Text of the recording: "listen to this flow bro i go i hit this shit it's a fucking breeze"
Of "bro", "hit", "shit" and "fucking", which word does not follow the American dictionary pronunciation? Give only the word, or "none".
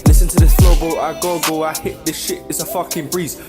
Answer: bro